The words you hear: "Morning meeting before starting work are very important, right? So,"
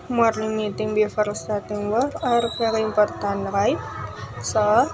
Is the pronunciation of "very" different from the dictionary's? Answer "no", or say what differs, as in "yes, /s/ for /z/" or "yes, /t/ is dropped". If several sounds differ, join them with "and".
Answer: yes, /p/ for /v/